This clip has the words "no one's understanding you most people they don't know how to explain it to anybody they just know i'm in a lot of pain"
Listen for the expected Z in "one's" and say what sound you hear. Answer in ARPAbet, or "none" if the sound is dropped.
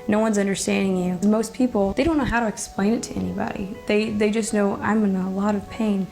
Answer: Z